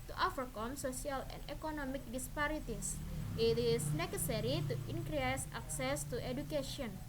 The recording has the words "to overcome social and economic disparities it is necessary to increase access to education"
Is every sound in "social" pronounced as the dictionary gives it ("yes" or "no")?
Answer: no